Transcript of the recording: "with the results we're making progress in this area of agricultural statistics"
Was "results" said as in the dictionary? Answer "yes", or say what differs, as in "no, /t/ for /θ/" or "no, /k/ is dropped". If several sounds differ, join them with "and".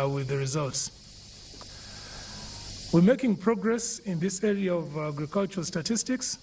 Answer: yes